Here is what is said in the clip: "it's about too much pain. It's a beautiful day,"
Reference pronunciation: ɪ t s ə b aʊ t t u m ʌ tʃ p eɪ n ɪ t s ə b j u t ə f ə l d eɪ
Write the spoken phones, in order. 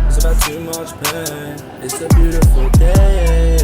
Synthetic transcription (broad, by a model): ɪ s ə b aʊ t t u m ʌ tʃ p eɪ ɪ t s ə b j u t ə f ə l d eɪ